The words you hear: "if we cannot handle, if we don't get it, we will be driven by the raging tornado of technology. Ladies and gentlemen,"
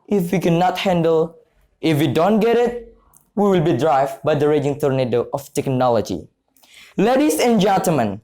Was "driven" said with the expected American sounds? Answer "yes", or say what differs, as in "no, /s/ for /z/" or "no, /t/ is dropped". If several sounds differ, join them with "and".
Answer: no, /v/ is dropped